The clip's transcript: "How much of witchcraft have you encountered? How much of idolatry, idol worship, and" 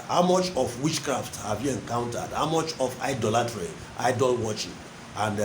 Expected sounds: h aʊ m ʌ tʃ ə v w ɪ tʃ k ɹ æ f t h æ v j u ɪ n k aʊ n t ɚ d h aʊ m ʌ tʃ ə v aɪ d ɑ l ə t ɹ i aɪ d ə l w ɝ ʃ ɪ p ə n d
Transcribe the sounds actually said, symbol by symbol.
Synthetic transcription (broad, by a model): h aʊ m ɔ tʃ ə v w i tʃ k ɹ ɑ f t h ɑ v j u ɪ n k aʊ n t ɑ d h aʊ m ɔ tʃ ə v aɪ d ɑ l ə t ɹ i aɪ d ə l w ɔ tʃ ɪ ə n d